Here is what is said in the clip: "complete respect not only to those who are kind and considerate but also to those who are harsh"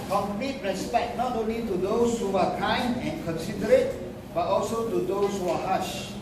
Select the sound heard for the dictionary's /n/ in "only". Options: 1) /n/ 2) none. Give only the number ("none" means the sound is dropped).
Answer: 1